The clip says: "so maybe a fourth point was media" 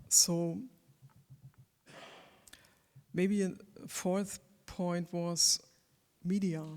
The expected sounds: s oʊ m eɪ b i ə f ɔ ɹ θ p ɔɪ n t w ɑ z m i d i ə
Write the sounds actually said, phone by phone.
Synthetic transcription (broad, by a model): s oʊ m eɪ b i ə f ɔ ɹ θ p ɔɪ n t w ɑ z m i d i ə